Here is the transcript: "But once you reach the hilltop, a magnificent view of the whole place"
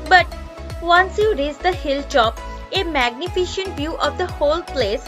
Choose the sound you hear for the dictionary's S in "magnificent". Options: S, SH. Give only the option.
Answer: SH